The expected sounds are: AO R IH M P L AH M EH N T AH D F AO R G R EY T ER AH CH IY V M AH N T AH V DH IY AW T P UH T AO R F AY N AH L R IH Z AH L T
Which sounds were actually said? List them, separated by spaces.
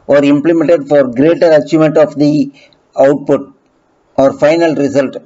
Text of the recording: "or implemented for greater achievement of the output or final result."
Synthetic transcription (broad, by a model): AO R IH M P L AH M EH N T AH D F AO R G R EY T ER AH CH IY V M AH N T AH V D IY AW T P UH T AO R F AY N AH L R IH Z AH L T